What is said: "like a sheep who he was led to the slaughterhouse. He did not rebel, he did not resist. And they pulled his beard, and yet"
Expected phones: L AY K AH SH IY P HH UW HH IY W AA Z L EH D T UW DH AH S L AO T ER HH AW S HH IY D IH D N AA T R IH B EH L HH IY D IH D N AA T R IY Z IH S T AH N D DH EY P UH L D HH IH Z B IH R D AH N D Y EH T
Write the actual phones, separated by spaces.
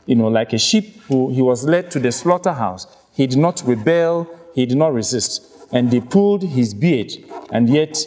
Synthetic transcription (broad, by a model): L AY K AH SH IY P HH UW HH IY W AA Z L EH D T UW DH AH S L AO T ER HH AW S HH IY D IH D N AA T R IH B EH L HH IY D IH D N AA T R IY Z IH S T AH N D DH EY P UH L D HH IH Z B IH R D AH N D Y EH T